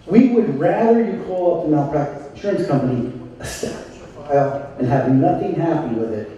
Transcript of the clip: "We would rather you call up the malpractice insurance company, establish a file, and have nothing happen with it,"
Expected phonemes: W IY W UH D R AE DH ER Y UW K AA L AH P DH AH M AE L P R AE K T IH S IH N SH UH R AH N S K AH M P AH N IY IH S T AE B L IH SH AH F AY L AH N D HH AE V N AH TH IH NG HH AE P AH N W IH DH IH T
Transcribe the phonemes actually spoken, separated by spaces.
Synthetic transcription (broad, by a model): W IY W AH D R AE DH ER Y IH K AA L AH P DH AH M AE P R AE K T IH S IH N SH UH R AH N S K AH M P AH N IY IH S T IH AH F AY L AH N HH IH V N AH TH IH NG HH AE P AH N W IH DH IH T